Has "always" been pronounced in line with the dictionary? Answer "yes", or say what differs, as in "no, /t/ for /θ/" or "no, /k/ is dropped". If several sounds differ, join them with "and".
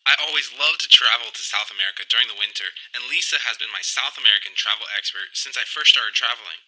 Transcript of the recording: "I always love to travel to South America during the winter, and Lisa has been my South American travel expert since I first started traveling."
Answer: yes